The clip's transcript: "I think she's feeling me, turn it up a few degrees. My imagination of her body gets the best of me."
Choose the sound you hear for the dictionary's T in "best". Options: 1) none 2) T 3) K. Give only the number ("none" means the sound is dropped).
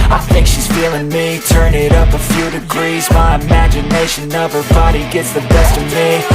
2